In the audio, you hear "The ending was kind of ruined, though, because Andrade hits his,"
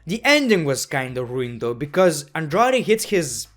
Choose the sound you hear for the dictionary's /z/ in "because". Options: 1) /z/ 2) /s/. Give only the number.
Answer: 1